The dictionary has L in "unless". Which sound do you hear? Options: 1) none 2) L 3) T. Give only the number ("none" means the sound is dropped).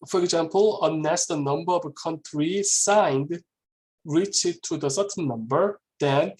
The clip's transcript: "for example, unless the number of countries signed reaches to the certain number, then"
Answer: 1